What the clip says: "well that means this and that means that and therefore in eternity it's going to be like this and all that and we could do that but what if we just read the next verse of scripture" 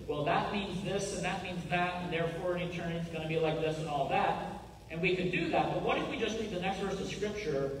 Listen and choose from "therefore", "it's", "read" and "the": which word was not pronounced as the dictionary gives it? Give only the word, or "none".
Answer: read